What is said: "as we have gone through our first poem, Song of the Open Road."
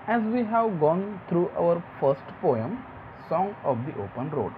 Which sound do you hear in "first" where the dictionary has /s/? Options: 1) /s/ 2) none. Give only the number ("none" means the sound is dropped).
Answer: 1